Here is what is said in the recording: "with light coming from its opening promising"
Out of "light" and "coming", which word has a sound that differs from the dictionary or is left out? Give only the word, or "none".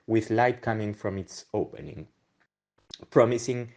none